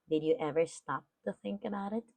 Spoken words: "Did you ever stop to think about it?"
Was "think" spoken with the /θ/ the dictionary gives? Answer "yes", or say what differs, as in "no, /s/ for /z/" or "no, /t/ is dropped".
yes